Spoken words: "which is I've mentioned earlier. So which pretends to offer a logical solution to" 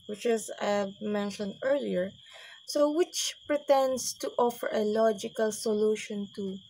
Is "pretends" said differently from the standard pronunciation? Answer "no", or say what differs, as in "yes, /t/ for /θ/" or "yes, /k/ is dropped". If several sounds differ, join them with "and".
yes, /s/ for /z/